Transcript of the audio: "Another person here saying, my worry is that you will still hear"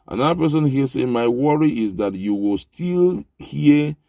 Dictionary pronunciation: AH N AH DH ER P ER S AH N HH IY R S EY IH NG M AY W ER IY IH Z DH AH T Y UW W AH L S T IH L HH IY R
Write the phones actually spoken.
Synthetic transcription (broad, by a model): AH N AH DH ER P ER S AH N HH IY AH S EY M AY W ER IY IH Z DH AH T Y UW W AH L S T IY L HH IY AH